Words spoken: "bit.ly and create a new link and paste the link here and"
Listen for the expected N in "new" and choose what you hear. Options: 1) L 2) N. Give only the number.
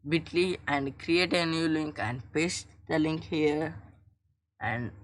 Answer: 2